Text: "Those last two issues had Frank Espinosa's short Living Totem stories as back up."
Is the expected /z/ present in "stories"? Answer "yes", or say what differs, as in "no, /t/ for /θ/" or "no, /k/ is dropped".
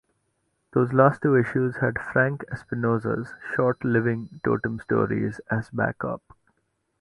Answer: yes